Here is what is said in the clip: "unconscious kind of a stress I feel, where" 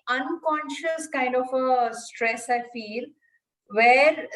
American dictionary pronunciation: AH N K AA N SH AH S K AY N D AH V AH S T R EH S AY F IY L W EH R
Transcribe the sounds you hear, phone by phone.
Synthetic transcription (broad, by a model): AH N K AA N SH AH S K AY N D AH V AH S T R EH S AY F IY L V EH R